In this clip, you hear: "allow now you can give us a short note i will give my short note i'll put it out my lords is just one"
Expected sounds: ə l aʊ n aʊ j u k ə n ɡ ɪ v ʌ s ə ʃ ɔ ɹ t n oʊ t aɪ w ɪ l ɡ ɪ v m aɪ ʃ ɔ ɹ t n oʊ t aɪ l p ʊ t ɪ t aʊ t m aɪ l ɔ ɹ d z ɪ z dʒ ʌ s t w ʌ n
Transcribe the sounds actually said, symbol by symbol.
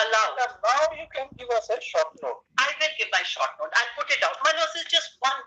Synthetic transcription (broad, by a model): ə l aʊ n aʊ j u k ə n ɡ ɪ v ʌ s ə ʃ ɔ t n oʊ t aɪ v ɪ n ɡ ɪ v m aɪ ʃ ɔ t n oʊ t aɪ n p ʊ t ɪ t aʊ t m aɪ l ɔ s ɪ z dʒ ʌ s t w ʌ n